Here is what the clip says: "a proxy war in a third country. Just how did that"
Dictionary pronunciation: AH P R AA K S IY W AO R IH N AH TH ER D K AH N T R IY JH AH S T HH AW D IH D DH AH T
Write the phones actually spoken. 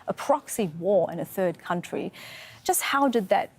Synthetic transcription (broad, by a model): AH P R AA K S IY W AO R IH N AH TH ER D K AH N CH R IY JH AH S T HH AW D IH D DH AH T